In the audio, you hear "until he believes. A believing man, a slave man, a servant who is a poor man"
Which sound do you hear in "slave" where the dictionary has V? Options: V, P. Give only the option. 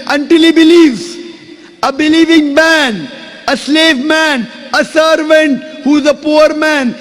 V